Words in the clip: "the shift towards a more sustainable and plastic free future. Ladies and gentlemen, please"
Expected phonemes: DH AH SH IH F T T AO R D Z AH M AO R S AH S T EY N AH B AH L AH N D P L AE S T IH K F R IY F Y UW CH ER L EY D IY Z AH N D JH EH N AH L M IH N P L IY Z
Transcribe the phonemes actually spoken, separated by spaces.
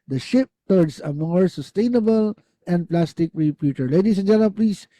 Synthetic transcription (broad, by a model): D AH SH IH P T T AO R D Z AH M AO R S AH S T EY N AH B AH L AH N D P L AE S T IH K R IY P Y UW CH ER L EY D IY S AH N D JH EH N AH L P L IY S